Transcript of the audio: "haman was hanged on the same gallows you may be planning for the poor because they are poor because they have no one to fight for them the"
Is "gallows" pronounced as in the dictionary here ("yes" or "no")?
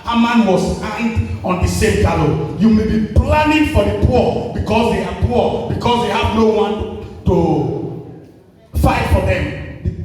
no